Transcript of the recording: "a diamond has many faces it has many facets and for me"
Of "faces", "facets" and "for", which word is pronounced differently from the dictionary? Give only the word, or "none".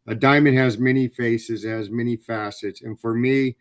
none